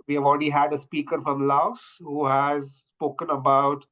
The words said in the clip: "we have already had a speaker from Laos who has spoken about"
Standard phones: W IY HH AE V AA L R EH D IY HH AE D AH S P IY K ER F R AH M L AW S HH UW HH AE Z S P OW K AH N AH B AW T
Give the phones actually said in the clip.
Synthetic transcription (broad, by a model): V IY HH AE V AA L R EH D IY HH AE D AH S P IY K ER F R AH M L AW S HH UW HH AE Z S P OW K AH N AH B AW T